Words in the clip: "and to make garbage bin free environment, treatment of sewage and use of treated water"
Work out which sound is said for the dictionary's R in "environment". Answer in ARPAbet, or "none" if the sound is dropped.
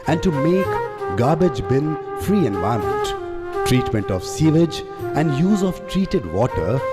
none